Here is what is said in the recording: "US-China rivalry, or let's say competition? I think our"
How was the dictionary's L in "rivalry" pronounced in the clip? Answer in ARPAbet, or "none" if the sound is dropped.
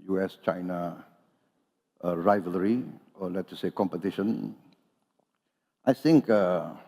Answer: L